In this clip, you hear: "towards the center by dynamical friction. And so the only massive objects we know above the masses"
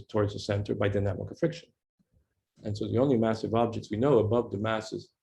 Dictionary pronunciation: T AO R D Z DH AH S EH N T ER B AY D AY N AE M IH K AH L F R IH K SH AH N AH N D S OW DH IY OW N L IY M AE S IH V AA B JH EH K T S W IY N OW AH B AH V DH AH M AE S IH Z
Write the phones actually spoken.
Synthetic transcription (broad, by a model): T AO R D Z DH AH S EH N T ER B AY D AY N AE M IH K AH F R IH K SH AH N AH N S OW DH IY OW N L IY M AE S IH V AA B JH EH K T S W IY N OW AH B AH V DH AH M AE S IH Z